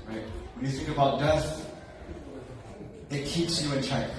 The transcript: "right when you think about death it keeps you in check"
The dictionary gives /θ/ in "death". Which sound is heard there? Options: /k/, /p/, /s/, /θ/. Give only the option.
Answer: /s/